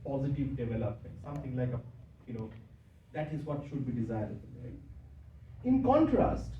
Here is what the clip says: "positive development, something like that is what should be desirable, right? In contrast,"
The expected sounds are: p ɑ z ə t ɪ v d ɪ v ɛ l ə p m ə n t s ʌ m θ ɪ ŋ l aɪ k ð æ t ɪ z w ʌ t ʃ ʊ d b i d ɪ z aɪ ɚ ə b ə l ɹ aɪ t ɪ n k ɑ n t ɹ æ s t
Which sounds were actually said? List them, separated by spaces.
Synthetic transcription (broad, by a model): p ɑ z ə t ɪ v d ɪ v ɛ l ə p m ə n t s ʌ m t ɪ ŋ l aɪ k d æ t ɪ z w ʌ t ʃ ʊ d b i d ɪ z aɪ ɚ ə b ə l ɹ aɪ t ɪ n k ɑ n t ɹ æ s t